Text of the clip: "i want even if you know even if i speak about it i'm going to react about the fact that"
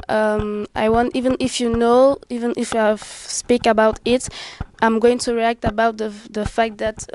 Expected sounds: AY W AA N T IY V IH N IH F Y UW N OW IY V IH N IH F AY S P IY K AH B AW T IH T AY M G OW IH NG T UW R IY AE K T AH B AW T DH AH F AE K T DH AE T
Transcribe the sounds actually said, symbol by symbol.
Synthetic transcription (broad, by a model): AY W AA N T IY V IH N IH F Y UW N OW IY V IH N IH F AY S P IY K AH B AW T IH T AY M G OW IH NG T UW R IY AE K T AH B AW T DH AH F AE K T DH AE T